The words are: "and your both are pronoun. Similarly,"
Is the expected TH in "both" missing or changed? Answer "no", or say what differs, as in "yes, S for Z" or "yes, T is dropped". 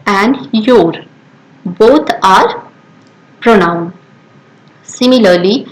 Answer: yes, T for TH